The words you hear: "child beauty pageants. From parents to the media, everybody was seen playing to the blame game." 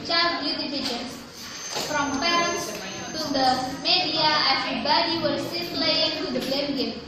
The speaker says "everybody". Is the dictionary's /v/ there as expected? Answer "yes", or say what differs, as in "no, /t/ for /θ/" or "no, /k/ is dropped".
no, /f/ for /v/